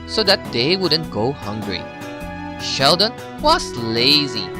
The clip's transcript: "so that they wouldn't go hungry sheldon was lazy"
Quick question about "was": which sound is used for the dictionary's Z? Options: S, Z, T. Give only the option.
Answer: S